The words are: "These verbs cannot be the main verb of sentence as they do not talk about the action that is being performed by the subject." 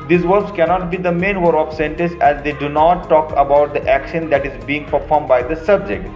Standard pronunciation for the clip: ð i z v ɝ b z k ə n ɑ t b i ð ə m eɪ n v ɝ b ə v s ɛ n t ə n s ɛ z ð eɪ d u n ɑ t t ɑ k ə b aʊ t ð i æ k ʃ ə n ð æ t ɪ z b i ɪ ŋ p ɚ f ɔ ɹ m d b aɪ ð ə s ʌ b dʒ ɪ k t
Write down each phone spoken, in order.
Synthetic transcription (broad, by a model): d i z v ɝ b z k ə n ɑ t b i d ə m eɪ n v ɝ ə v s ɛ n t ə n s ɛ z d eɪ d u n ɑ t t ɑ k ə b aʊ t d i æ k ʃ ə n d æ t ɪ z b i ɪ ŋ p ɚ f ɔ ɹ m d b aɪ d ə s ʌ b dʒ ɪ k t